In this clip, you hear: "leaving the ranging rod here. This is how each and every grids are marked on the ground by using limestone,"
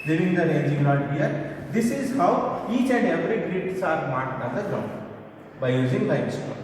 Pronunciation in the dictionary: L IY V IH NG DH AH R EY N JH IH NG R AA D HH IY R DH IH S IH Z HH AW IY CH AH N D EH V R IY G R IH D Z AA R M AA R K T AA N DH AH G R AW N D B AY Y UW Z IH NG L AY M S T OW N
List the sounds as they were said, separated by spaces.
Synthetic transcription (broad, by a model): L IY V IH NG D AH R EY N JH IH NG L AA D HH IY R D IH S IH Z HH AW IY CH AH N D EH V R IY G R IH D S AA R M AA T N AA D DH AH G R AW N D B AY Y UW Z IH NG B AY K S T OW